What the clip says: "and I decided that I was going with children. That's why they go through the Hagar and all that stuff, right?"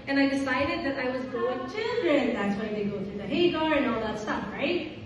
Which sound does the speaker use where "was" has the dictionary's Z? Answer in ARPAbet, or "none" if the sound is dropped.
Z